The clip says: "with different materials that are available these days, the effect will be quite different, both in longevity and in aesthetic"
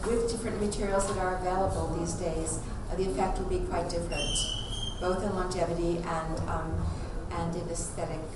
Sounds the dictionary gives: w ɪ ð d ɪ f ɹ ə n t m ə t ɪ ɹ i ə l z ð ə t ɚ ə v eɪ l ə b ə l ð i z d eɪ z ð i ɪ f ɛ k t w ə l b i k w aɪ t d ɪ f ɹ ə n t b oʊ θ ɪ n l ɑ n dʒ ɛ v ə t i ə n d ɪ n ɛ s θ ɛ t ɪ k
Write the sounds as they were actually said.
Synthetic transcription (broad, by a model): w ɪ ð d ɪ f ɹ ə n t m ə t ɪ ɹ i l z ð ə t ɚ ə v eɪ l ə b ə l ð i z d eɪ z ð i ɪ f ɛ k t w ə l b i k w aɪ t d ɪ f ɹ ə n t b oʊ θ ɪ n l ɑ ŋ dʒ ɛ v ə t i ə n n ɪ n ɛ s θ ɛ t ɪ k